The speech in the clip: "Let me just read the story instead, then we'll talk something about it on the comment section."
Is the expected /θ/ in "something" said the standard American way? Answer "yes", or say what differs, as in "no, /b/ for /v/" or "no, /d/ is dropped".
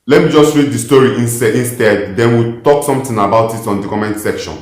no, /t/ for /θ/